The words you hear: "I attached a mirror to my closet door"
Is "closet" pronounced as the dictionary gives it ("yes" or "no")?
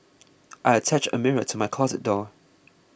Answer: yes